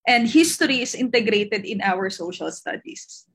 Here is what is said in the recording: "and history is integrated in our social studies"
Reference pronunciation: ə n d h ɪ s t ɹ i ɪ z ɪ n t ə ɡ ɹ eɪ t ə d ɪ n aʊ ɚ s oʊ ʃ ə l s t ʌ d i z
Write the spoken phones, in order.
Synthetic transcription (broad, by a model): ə n d h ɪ s t ɹ i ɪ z ɪ n t ə ɡ ɹ eɪ t ə d ɪ n aʊ ɚ s oʊ ʃ ə l s t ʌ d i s